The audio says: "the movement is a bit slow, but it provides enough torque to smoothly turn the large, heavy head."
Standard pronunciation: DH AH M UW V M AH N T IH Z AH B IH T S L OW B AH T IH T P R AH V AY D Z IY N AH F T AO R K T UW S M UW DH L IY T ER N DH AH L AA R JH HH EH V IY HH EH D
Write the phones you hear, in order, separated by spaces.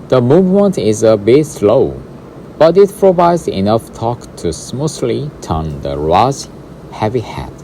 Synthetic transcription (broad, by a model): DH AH M UW V M AH N T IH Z AH B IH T S L OW B AH T IH T P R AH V AY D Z IY N AH F T AO K T UW S M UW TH L IY T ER N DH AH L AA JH HH EH V IY HH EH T